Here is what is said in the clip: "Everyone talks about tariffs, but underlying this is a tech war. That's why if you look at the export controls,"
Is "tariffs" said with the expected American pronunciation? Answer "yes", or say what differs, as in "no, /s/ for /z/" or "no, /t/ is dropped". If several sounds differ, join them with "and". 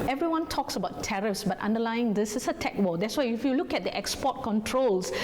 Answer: yes